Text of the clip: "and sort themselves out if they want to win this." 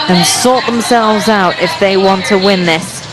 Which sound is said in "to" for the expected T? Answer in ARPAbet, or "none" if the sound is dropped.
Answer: T